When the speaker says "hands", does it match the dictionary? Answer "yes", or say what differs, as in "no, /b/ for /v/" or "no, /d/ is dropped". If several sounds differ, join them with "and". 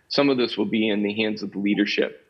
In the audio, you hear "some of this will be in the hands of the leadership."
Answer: yes